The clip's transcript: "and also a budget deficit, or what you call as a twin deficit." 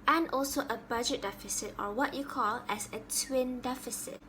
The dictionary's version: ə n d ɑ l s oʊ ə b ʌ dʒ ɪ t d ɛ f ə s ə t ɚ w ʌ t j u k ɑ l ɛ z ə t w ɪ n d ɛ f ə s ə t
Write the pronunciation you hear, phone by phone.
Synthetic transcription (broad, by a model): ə n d ɑ l s oʊ ə b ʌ dʒ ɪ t d ɛ f ə s ə t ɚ w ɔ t j u k ɑ l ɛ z ə t w ɪ n d ɛ f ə s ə t